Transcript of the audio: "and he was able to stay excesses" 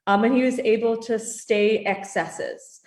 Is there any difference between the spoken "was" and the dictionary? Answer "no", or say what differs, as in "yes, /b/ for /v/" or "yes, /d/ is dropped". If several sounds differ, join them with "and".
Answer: no